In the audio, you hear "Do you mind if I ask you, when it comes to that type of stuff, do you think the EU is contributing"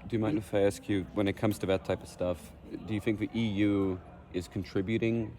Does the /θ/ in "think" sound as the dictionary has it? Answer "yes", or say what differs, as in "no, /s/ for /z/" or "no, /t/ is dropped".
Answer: yes